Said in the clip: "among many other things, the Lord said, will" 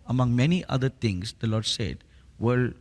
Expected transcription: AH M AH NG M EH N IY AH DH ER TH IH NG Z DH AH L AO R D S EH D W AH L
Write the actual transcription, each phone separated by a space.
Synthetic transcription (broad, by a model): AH M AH NG M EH N IY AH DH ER T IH NG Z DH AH L AO R D S EH D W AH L